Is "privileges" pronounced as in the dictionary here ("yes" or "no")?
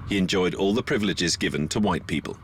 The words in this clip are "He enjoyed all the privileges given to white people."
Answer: yes